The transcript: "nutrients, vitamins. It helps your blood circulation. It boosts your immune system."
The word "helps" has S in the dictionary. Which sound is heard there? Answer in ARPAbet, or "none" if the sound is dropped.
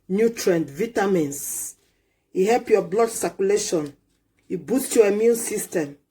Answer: none